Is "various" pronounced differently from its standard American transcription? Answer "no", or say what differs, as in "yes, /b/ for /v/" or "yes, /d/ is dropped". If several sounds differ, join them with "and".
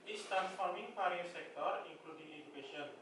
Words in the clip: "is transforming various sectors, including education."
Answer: yes, /p/ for /v/